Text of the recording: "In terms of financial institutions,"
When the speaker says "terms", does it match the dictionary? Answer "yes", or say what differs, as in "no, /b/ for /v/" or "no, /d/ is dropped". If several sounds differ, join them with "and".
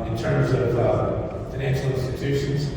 yes